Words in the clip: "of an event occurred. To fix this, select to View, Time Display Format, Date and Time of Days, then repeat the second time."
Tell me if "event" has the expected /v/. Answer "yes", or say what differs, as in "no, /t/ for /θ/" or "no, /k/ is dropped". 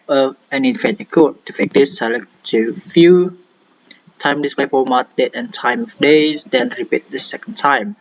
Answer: no, /f/ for /v/